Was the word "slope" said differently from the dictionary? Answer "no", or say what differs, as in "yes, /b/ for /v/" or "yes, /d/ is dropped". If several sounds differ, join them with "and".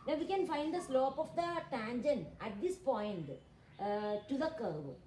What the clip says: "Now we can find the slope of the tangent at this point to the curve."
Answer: no